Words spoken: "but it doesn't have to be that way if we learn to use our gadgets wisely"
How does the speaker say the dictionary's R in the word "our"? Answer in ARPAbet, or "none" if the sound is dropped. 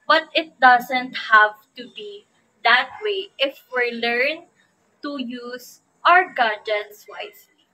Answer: R